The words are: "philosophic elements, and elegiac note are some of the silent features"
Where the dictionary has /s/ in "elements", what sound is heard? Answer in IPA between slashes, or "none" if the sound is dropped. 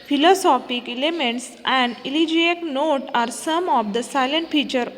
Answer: /s/